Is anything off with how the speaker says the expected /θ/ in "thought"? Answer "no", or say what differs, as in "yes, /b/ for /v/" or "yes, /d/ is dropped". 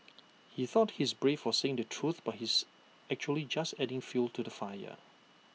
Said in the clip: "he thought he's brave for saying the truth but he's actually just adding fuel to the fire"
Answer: no